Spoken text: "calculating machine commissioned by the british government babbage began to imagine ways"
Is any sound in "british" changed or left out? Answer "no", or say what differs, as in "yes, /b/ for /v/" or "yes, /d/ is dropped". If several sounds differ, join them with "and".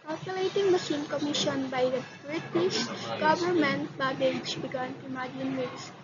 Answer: yes, /s/ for /ʃ/